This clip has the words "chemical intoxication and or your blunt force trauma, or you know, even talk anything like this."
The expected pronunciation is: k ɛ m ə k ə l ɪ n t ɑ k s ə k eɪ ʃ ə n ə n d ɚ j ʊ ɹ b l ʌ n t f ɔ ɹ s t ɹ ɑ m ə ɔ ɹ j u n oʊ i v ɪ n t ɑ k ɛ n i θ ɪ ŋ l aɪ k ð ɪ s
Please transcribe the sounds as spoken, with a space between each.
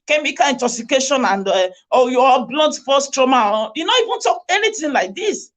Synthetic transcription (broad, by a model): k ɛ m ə k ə ɪ n t ɑ k s ə k eɪ ʃ ə n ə n d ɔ j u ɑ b l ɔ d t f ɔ s t ɹ ɑ m ə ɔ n j u n oʊ i v ɪ n t ɑ k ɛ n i t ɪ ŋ l aɪ k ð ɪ s